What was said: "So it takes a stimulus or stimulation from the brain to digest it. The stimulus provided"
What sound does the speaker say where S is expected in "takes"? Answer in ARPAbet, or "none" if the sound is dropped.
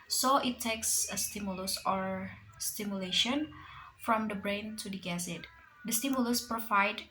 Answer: S